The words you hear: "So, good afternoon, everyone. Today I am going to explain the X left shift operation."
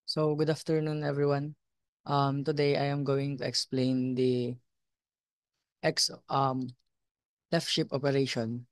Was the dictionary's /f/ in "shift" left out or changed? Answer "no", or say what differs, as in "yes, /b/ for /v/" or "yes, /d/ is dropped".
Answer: yes, /p/ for /f/